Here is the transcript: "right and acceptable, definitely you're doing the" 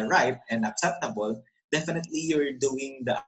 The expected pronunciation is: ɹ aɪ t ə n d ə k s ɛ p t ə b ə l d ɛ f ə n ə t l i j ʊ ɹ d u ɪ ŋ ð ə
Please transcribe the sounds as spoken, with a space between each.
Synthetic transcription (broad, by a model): ɹ aɪ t ə n d ə k s ɛ p t ə b ə l d ɛ f ə n ə t l i j ʊ ɹ d u ɪ ŋ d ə